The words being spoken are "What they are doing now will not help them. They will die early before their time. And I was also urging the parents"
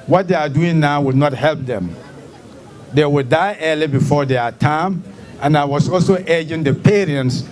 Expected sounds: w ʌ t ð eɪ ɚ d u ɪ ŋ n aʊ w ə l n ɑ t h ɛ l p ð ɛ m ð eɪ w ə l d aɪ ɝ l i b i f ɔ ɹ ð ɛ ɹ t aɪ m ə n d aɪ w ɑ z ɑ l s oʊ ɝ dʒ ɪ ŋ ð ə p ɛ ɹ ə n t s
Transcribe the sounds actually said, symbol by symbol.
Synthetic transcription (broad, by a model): w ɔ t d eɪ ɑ d u ɪ ŋ n aʊ w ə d n ɑ t h ɛ l p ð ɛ m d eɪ w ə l d aɪ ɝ l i b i f ɔ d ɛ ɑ t aɪ m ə n aɪ w ɑ s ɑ l s oʊ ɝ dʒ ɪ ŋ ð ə p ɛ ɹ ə n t s